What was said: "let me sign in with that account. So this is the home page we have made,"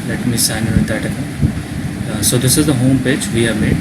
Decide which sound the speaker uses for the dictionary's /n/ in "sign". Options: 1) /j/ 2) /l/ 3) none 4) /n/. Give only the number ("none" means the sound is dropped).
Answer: 3